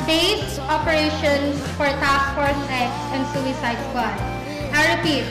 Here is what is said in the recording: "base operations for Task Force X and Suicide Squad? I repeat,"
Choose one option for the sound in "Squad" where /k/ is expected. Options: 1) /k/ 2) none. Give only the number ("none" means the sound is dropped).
2